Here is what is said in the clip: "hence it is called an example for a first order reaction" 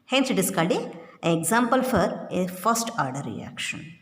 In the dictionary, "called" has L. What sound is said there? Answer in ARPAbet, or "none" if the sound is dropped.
none